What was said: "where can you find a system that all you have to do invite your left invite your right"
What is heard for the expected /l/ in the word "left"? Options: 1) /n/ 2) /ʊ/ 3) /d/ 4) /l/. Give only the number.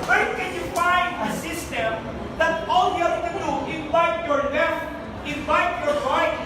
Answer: 1